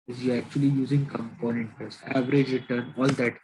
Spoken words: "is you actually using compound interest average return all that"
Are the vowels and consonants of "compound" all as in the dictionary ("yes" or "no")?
no